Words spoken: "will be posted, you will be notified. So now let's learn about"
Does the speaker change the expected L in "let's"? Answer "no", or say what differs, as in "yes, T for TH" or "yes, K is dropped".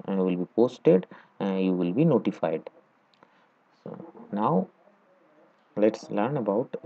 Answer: no